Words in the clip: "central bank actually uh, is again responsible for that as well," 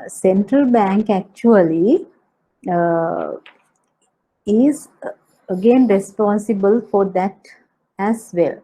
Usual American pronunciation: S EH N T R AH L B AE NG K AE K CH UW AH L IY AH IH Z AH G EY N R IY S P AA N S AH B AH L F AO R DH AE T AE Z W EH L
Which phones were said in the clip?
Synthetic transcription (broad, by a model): S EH N T R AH L B AE NG K AE K CH UW AH L IY IH Z AH G EY N R IY S P AA N S AH B AH L F AO R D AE T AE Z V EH L